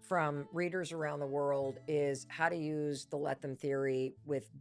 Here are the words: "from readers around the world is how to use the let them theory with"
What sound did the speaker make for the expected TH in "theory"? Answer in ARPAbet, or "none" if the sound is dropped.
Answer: TH